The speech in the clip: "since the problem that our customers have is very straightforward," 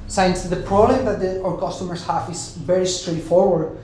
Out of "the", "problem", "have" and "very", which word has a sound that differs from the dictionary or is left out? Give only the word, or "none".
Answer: have